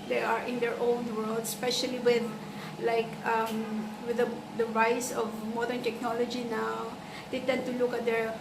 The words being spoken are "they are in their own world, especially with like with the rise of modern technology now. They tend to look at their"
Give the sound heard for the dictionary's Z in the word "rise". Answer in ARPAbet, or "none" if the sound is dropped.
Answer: S